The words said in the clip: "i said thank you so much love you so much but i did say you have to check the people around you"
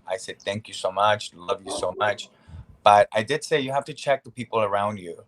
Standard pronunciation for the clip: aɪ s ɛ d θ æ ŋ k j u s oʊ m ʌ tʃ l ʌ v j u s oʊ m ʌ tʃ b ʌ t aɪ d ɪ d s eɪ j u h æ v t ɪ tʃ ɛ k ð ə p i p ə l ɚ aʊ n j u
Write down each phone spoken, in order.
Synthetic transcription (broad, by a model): aɪ s ɛ d θ æ ŋ k j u s oʊ m ʌ tʃ l ʌ v j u s oʊ m ʌ tʃ b ʌ t aɪ d ɪ d s eɪ j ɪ h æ f t ɪ tʃ ɛ k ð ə p i p l ɚ aʊ n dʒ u